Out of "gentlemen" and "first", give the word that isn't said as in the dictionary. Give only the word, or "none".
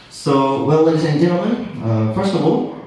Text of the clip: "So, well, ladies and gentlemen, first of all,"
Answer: gentlemen